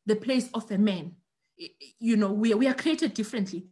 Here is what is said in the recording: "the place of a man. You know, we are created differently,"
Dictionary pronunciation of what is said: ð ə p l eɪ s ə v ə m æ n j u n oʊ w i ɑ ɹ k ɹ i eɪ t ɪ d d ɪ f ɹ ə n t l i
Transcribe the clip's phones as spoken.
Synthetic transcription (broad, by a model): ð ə p l eɪ s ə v ə m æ n j u n oʊ w i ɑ w k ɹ i eɪ t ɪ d d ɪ f ɹ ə n t l i